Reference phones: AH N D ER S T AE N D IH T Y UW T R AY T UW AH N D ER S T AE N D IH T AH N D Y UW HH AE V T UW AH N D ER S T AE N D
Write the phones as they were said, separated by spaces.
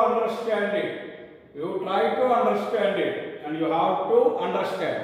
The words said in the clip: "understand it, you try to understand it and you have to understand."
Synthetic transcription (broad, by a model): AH N D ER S T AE N D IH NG Y UW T L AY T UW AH N D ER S T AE N D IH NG AH N D Y UW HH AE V T UW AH N D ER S T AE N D